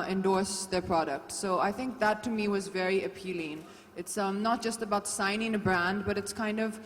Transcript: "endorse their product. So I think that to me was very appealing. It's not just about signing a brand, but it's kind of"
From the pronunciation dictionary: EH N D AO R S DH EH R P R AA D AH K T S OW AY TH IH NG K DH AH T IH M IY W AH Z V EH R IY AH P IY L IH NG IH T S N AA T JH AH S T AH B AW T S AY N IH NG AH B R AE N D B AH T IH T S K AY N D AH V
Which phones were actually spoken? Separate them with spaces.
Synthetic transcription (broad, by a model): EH N D AO R S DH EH R P R AA D AH K T S OW AY TH IH NG K DH AH T IH M IY W AH Z V EH R IY AH P IY L IH NG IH T S N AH T JH AH S T AH B AW T S AY N IH NG AH B R AE N D B AH T IH T S K AY N D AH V